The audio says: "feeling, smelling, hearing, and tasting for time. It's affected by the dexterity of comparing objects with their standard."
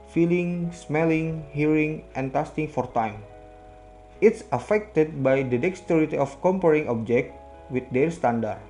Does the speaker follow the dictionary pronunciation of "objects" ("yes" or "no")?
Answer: no